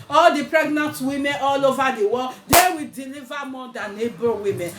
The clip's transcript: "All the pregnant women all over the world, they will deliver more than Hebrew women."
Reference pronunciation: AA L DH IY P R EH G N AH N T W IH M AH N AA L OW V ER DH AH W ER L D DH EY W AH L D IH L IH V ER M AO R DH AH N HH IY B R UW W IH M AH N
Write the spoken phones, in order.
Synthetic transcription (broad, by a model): AA L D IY P R EH G N AH N T W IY M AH N AA L OW V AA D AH W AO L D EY W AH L D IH L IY V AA M AO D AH N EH B UW W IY M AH N